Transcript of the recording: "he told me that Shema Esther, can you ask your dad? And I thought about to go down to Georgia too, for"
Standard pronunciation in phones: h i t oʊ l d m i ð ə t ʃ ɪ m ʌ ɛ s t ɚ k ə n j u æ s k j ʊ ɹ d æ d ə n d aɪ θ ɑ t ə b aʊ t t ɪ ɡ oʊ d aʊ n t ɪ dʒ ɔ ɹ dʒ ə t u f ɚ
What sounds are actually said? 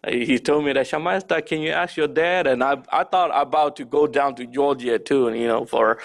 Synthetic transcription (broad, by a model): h i t oʊ l d m i ð ə t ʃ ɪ m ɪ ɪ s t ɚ k ə n j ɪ æ s k j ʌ ɹ d æ d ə n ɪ aɪ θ ɑ t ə b aʊ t t ɪ ɡ oʊ d aʊ n t ɪ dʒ ɔ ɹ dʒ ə t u f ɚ